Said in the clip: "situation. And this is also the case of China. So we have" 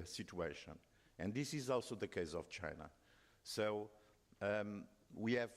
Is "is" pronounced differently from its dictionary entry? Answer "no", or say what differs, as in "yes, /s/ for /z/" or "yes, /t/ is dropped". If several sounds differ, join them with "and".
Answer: no